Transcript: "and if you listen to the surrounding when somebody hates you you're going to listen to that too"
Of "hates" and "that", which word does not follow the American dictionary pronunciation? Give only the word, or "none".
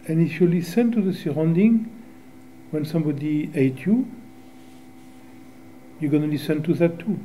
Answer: hates